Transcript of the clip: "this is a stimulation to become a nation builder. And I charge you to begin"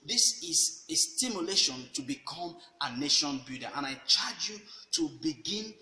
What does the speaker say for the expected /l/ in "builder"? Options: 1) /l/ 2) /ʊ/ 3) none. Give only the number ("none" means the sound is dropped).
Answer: 3